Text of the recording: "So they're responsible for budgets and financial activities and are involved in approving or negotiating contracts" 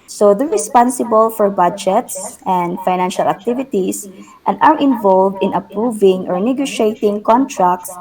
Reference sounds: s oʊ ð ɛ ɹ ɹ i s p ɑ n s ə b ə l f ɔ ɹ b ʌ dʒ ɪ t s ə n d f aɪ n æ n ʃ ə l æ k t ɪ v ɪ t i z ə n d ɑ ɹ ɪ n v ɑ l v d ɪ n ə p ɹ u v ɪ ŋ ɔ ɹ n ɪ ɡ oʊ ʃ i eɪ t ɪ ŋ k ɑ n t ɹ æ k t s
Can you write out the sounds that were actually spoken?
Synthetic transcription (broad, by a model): s oʊ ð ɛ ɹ ɹ i s p ɑ n s ə b ə l f ɔ ɹ b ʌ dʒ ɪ t s ə n d f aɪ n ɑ n ʃ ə l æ k t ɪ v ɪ t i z ə n d ɑ ɹ ɪ n v ɑ l v d ɪ n ə p ɹ u v ɪ ŋ ɔ ɹ n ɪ ɡ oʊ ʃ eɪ t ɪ ŋ k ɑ n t ɹ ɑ k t s